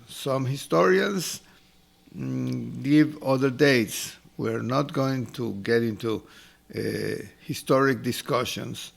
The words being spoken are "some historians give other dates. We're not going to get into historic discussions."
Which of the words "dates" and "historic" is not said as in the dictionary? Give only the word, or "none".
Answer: none